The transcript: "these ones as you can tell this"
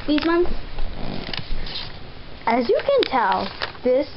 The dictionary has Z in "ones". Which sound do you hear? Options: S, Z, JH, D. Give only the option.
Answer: S